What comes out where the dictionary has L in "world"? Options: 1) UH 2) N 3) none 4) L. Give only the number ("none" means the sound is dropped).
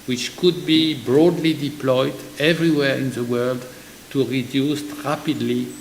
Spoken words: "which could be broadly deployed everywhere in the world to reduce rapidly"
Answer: 4